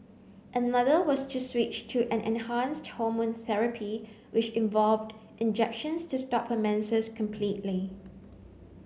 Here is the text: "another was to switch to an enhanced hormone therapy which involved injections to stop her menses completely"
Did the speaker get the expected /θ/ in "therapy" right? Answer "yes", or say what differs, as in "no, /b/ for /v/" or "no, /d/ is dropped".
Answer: yes